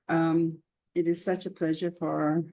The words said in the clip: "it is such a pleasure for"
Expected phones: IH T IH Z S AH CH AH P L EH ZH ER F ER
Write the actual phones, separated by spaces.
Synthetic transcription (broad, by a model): IH T IH Z S AH CH AH P L EH ZH ER F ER